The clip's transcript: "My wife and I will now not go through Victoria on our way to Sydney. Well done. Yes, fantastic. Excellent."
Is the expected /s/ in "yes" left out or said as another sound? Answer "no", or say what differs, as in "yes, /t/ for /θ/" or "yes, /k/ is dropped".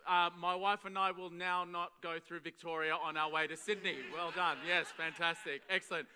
no